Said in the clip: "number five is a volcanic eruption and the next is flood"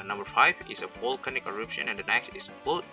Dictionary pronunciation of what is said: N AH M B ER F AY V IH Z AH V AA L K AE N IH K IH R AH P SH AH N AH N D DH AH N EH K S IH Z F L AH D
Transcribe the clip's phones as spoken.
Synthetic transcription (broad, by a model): N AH M B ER F AY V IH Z AH P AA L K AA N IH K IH R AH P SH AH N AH N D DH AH N EH K S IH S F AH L